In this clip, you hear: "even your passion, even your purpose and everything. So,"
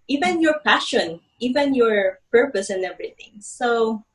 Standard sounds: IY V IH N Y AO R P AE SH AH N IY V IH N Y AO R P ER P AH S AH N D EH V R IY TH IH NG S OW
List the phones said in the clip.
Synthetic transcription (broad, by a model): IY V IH N Y AO R P AE SH AH N IY V IH N Y AO R P ER P AH S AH N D EH V R IY TH IH NG S OW